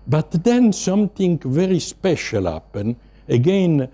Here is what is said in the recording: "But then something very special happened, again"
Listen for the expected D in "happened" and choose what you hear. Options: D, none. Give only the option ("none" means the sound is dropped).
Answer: none